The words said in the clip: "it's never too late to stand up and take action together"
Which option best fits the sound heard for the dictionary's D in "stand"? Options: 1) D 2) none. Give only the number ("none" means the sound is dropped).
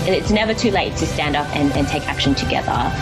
1